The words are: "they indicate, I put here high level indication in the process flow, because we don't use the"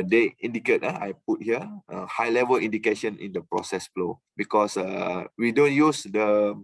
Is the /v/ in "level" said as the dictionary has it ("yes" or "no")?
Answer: yes